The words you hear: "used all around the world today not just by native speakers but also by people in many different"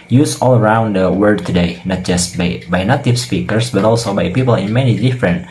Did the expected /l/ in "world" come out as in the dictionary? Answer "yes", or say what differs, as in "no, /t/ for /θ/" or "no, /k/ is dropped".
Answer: no, /l/ is dropped